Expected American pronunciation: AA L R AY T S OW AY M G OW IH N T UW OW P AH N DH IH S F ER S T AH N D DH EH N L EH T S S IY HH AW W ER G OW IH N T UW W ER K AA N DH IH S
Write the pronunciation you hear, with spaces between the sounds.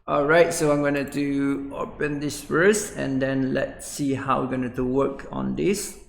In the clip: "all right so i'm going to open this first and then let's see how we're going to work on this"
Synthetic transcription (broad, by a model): AA L R AY T S OW AY M G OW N T UW OW P AH N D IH S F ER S AH N D EH N L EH T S S IY HH AW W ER G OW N T UW W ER K AA N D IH S